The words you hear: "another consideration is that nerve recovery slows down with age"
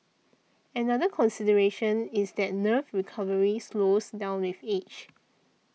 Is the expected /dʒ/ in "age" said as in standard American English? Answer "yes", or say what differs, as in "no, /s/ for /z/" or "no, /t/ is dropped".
no, /tʃ/ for /dʒ/